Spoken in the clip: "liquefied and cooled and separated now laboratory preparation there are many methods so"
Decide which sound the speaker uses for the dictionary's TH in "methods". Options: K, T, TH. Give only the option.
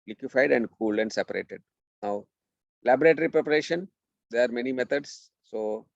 T